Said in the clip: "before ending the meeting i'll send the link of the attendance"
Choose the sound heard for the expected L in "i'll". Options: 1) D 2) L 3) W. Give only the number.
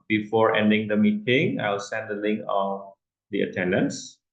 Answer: 3